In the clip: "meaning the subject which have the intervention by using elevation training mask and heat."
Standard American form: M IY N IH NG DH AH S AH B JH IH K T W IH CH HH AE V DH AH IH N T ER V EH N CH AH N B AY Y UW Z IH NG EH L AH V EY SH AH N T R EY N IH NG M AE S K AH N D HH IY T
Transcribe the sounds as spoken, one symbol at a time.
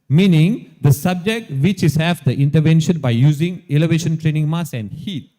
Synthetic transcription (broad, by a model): M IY N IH NG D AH S AH B JH IH K T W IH CH HH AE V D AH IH N T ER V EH N SH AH N B AY Y UW Z IH NG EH L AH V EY SH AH N T R EY N IH NG M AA S AH N D HH IY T